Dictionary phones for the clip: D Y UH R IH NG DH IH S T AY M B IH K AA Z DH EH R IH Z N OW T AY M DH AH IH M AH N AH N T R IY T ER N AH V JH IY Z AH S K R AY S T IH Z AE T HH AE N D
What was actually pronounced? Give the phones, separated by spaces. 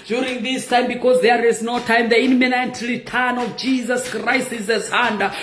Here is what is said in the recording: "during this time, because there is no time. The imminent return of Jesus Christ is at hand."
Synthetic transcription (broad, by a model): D Y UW R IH NG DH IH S T AY M B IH K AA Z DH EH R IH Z N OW T AY M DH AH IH M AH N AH N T L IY T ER N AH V JH IY Z AH S K R AY S T IH Z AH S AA N D